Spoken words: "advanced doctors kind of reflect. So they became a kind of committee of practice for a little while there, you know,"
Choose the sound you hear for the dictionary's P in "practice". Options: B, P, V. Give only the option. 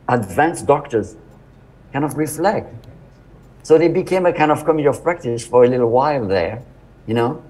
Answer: P